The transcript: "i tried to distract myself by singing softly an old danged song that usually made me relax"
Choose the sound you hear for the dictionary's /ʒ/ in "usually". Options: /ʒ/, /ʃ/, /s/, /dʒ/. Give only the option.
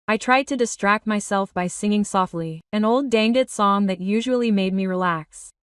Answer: /ʒ/